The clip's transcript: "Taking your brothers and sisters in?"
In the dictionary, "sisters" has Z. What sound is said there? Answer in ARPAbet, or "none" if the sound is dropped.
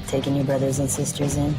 Z